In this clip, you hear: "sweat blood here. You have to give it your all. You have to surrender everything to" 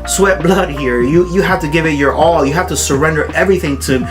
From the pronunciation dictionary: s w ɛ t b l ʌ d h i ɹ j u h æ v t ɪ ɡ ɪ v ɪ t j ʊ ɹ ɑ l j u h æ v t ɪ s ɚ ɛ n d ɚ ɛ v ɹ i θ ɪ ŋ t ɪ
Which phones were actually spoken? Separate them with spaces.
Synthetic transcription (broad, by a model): s w ɛ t b l ʌ d h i ɹ j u h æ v t ɪ ɡ ɪ v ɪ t j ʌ ɹ ɑ l j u h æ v t ɪ s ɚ ɛ n d ɚ ɛ v ɹ i θ ɪ ŋ t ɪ